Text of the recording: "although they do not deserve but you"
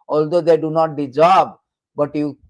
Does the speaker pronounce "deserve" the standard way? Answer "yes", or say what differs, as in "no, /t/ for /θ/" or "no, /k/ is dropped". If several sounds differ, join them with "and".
no, /b/ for /v/